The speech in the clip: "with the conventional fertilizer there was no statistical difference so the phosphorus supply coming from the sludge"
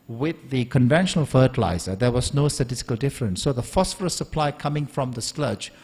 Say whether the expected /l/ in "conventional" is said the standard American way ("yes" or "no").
yes